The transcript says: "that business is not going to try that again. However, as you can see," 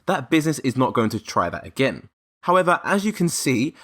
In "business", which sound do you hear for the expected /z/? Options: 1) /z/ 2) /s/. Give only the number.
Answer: 1